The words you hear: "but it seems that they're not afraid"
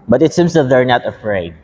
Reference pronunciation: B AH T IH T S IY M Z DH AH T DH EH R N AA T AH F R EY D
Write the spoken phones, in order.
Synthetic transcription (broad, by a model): B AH T IH T S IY M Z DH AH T DH EH R N AA T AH F R EY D